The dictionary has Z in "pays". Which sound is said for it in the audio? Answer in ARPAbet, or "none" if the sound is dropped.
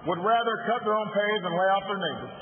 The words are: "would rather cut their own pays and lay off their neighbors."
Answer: Z